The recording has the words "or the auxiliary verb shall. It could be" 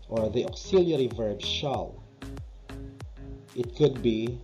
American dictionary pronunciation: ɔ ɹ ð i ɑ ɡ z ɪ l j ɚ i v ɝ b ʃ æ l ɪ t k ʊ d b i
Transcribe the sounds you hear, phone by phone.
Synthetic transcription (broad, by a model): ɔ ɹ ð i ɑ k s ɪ l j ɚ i v ɝ b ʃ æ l ɪ t k ʊ d b i